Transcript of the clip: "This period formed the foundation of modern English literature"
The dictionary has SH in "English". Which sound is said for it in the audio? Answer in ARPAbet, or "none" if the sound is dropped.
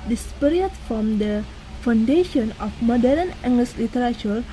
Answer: S